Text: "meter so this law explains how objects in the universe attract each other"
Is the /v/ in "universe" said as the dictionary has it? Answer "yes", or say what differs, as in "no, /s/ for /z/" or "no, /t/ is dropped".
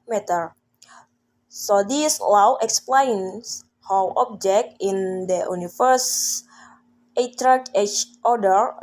no, /f/ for /v/